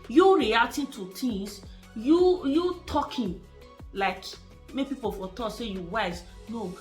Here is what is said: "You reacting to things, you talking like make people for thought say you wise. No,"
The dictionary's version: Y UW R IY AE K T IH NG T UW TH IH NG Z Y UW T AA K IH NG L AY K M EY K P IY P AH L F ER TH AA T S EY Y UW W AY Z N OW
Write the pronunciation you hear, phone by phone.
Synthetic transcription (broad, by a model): Y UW R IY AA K T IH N T UW T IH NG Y Y UW T AA K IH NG L AY K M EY P IY P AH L F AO T AA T S EY Y UW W AY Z N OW